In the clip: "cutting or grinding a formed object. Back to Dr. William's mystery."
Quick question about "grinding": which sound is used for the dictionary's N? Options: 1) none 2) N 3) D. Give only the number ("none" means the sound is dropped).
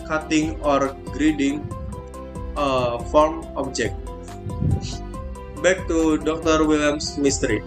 1